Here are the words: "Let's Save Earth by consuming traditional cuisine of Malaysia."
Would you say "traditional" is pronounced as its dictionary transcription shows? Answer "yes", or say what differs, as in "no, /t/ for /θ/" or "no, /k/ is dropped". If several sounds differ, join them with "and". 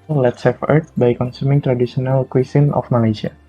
no, /s/ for /ʃ/